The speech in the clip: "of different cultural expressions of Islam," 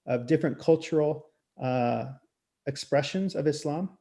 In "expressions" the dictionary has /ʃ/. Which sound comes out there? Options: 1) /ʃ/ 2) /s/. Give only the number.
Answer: 1